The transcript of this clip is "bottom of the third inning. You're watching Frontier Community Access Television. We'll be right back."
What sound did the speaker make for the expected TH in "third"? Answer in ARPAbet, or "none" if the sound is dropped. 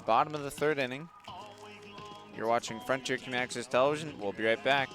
TH